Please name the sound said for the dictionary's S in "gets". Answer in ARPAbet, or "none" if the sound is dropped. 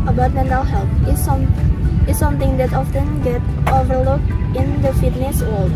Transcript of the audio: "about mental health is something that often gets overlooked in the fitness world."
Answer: none